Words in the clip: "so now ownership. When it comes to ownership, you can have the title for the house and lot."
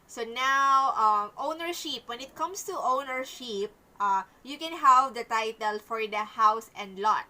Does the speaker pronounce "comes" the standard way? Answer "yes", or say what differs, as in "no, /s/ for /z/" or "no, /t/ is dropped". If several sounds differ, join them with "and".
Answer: no, /s/ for /z/